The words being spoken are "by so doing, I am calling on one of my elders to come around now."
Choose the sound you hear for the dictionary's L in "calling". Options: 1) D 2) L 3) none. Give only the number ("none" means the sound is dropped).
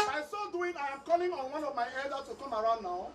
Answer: 2